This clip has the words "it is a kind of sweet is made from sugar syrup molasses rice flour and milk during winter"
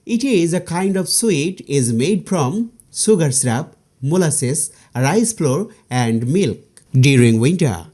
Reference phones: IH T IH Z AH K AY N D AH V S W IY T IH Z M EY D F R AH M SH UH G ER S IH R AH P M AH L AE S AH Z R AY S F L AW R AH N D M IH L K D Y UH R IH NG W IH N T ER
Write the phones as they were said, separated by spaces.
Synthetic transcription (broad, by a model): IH T IH Z AH K AY N D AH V S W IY T IH Z M EY D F R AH M S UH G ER S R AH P M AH L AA S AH S R AY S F L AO R AH N D M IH L K D Y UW R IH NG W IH N T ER